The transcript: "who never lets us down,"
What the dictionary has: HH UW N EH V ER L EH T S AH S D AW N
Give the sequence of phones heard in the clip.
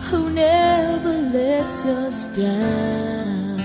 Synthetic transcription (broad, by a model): HH UW N EH V ER L EH T S AH S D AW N